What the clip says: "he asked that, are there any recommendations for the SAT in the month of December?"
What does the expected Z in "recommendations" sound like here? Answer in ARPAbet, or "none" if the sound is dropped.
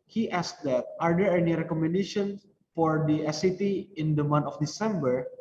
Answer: none